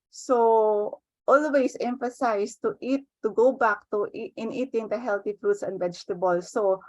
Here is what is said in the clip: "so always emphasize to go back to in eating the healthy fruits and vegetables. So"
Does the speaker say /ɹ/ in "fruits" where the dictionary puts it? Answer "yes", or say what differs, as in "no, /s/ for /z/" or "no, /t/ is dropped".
yes